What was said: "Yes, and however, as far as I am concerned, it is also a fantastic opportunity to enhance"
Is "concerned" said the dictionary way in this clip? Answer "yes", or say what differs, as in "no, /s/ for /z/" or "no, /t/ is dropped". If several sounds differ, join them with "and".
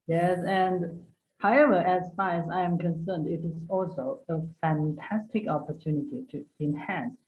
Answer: yes